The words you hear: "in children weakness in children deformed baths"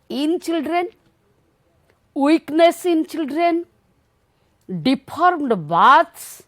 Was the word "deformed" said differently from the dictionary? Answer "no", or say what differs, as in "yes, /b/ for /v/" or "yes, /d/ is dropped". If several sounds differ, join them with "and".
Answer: yes, /p/ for /f/